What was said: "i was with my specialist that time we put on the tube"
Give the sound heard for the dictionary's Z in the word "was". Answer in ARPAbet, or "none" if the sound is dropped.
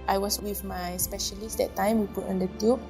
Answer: S